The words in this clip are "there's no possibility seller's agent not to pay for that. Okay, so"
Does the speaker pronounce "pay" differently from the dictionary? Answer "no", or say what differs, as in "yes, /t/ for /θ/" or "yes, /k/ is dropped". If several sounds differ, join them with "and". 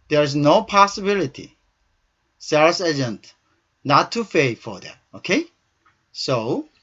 yes, /f/ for /p/